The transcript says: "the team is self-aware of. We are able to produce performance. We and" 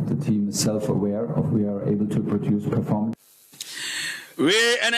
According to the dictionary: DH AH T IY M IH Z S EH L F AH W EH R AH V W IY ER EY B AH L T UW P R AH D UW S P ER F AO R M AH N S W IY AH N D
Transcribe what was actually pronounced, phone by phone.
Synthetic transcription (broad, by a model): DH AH T IY M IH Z S EH L F AH W EH R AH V W IY ER EY B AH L T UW P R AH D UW S P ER F AO R M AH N W IY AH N